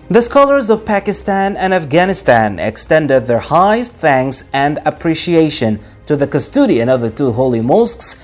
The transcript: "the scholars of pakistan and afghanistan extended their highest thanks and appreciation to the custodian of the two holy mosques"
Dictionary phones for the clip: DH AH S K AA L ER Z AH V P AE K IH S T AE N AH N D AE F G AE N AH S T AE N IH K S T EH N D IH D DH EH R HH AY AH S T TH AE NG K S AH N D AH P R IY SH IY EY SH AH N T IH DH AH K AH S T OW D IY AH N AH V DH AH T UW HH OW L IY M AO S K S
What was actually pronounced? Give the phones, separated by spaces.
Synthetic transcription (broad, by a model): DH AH S K AA L ER Z AH V P AE K IH S T AE N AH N AE F G AE N AH S T AE N IH K S T EH N D IH D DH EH R HH AY AH S T TH AE NG K S AH N D AH P R IY SH IY EY SH AH N T IH DH AH K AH S T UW D IY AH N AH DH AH T UW HH OW L IY M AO S K S